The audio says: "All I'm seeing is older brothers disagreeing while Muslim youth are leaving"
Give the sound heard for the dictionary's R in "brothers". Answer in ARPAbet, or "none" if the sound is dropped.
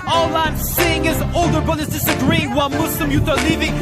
none